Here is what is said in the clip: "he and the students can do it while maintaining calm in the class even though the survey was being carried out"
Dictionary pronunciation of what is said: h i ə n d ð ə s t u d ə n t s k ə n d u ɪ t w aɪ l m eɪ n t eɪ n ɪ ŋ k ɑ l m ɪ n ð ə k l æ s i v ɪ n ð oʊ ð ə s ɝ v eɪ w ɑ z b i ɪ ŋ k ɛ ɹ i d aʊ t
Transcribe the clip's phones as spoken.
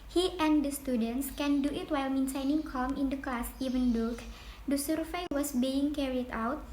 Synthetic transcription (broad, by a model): h i ə n d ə s t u d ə n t s k ə n d u ɪ t w aɪ l m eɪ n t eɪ n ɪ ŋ k ɑ l m ɪ n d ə k l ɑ s i v ɪ n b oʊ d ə s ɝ f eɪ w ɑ s b i ɪ ŋ k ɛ ɹ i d aʊ t